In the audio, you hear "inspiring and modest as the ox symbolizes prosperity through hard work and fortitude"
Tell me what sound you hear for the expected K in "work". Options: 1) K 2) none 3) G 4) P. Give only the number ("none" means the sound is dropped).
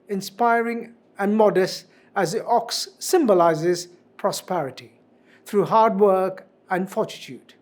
1